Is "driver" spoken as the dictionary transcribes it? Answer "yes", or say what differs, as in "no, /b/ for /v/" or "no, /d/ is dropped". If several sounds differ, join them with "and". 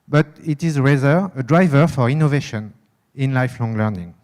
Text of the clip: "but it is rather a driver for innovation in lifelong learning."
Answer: yes